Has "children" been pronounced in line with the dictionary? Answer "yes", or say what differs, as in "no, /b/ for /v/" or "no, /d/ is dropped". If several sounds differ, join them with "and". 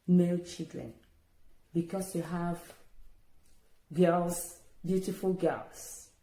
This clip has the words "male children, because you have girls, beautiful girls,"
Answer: no, /l/ is dropped